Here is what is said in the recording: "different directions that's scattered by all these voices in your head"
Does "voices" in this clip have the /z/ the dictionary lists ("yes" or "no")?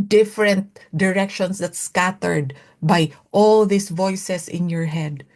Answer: no